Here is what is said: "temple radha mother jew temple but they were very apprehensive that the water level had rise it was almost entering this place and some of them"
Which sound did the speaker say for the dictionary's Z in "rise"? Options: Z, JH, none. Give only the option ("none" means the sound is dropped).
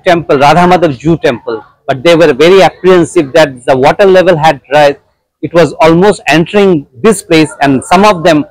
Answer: none